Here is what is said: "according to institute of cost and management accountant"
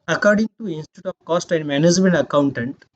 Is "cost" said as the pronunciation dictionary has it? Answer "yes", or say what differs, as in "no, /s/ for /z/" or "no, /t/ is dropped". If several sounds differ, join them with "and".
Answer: yes